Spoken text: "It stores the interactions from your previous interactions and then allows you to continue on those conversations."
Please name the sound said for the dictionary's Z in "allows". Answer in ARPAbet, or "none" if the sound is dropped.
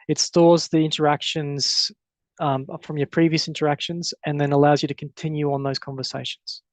Z